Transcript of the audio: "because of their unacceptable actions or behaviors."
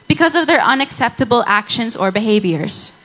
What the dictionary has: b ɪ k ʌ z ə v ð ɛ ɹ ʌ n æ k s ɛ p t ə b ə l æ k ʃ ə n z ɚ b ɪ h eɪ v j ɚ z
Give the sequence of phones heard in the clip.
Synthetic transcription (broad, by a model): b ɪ k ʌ z ə v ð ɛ ɹ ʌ n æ k s ɛ p t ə b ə l æ k ʃ ə n z ɚ b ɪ h eɪ v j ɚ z